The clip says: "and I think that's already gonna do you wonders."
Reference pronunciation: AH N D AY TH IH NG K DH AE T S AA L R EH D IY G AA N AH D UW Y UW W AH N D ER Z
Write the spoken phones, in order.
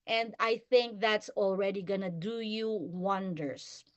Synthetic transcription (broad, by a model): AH N D AY TH IH NG K DH AE T S AA L R EH D IY G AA N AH D UW Y UW W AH N D ER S